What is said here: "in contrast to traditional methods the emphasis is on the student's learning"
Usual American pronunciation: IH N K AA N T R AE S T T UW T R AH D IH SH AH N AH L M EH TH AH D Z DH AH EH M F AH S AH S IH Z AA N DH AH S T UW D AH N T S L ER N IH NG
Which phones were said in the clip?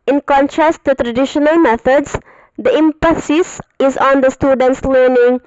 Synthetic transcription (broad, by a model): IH N K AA N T R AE S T T UW T R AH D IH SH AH N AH L M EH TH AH D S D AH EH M P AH S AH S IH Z AA N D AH S T UW D AH N T S L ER N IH NG